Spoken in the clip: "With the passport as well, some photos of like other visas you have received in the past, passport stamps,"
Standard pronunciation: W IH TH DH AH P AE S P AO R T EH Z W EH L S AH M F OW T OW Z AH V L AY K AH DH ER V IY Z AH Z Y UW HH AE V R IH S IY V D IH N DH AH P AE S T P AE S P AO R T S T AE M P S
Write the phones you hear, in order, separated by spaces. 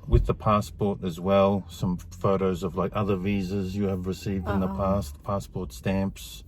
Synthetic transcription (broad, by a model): W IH DH AH P AE S P AO R T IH Z W EH L S AH M F OW T OW Z AH V L AY K AH DH ER V IY Z AH Z Y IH V R IH S IY V D IH N DH AH P AE S T P AE S P AO R T S T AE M P S